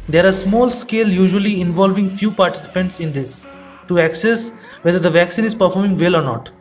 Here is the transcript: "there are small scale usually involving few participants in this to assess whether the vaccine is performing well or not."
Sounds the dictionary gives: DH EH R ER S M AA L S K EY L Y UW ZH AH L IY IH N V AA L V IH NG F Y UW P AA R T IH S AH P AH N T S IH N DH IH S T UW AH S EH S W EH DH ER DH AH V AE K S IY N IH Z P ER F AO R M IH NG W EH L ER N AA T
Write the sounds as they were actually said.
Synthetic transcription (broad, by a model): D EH R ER S M AA L S K EY L Y UW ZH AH L IY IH N V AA L V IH NG F Y UW P AA R T IH S AH P AH N T S IH N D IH S T UW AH S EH S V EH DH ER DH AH V AE K S IY N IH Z P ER F AO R M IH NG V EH L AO N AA T